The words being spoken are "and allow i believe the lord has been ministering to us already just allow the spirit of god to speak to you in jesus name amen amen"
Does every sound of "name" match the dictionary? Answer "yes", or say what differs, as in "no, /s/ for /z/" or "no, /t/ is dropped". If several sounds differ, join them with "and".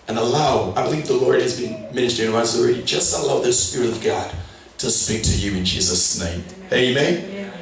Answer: no, /m/ is dropped